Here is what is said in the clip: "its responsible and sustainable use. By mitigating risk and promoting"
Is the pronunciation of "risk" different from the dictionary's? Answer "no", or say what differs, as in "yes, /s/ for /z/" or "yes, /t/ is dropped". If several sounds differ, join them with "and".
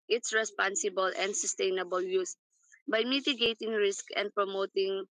no